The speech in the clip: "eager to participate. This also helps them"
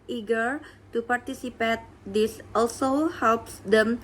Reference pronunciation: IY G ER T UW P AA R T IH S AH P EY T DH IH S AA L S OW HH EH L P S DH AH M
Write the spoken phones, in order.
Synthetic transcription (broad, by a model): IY G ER T UW P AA R T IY S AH P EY T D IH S AA L S OW HH EH L P S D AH M